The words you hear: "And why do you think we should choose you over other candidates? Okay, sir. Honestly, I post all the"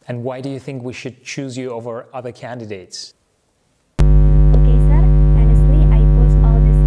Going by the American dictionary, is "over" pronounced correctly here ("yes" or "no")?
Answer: yes